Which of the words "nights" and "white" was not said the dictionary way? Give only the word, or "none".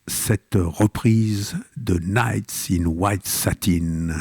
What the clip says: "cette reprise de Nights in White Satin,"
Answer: none